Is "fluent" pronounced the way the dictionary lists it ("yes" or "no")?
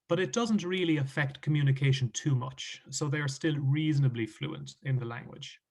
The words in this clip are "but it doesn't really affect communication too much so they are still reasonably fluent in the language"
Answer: yes